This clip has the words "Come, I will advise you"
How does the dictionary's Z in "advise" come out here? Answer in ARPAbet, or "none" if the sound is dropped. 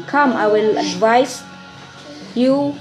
S